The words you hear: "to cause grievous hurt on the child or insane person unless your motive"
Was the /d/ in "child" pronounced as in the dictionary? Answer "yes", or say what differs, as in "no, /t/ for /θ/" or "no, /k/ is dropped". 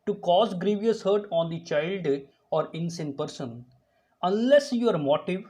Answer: yes